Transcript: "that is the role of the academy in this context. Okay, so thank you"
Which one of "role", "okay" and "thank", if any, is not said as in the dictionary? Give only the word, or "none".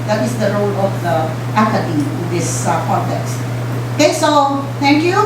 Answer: thank